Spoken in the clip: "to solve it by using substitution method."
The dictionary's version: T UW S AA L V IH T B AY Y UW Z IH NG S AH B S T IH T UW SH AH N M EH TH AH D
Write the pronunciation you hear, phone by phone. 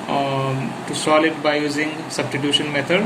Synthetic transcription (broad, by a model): T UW S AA L IH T B AY Y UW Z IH NG S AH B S T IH T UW SH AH N M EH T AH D